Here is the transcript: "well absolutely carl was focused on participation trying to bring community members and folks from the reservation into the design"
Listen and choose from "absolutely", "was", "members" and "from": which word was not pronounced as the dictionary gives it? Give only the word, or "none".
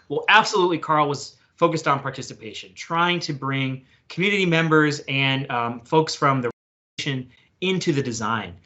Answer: none